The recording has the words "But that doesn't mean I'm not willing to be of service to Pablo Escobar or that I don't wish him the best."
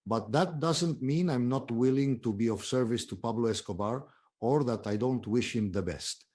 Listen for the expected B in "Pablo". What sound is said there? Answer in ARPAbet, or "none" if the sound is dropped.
B